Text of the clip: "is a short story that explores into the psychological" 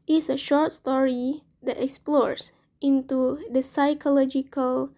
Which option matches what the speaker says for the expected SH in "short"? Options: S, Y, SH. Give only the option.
SH